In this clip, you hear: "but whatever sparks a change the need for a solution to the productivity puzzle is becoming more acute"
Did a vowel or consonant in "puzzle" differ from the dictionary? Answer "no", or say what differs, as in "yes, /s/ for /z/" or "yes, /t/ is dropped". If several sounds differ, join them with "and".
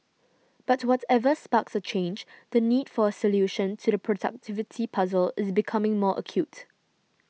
no